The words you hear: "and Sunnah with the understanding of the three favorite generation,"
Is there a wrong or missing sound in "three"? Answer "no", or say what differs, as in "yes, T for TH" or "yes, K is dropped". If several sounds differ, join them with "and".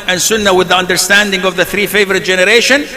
no